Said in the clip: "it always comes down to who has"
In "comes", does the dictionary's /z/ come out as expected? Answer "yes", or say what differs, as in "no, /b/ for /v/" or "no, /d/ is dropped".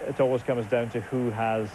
yes